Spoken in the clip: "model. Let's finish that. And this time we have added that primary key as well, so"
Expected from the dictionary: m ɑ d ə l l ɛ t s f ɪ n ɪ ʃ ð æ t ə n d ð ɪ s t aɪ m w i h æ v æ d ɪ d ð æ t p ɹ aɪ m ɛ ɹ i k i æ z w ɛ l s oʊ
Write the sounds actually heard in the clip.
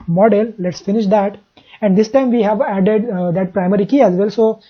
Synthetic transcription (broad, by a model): m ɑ d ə l l ɛ t s f ɪ n ɪ ʃ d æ t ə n d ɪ s t aɪ m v i h æ v æ d ɪ d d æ t p ɹ aɪ m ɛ ɹ i k i æ z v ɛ l s oʊ